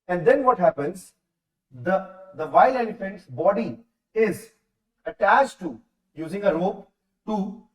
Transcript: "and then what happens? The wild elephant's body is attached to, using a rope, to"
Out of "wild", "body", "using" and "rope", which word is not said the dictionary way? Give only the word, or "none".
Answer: wild